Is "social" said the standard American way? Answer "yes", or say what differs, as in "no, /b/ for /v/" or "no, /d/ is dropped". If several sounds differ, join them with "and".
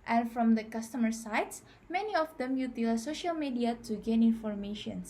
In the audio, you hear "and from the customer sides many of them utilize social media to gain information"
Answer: yes